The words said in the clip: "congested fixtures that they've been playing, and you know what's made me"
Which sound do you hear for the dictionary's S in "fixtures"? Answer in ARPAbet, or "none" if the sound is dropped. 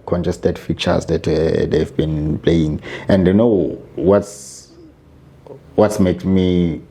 none